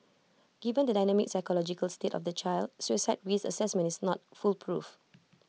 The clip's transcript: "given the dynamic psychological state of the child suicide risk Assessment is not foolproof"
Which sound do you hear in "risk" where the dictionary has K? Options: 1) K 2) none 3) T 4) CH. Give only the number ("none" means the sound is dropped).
2